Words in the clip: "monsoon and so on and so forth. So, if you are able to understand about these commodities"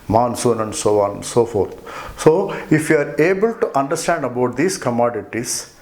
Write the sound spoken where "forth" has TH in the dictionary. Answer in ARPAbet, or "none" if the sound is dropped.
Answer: T